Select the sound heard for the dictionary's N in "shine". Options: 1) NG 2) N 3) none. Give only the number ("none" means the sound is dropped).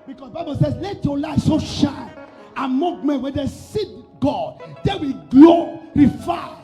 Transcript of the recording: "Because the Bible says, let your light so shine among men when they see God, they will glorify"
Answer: 3